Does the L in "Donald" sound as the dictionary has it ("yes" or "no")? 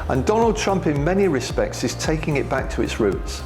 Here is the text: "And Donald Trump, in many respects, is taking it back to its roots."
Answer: yes